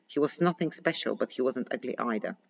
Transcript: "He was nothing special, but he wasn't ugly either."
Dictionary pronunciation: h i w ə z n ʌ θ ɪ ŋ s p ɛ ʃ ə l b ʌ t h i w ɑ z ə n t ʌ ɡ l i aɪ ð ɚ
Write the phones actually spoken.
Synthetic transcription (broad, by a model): h i w ə z n ʌ θ ɪ ŋ s p ɛ ʃ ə l b ʌ t h i w ɑ z ə n t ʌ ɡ l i aɪ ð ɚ